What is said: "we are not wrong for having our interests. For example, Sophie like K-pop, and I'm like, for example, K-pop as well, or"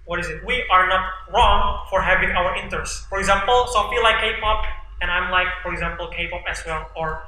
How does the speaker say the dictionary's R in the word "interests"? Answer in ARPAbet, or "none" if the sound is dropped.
none